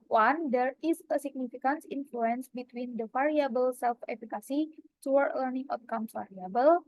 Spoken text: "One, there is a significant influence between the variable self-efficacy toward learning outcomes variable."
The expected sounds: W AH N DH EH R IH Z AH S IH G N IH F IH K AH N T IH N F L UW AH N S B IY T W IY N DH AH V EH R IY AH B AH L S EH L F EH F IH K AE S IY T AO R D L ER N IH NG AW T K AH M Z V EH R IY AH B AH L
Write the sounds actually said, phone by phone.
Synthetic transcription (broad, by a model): W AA N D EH R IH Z AH S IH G N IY F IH K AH N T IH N F L UW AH N S B IY T W IY N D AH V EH R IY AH B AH L S EH L F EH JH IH K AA S IY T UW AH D L ER N IH NG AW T K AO M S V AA R IY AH B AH L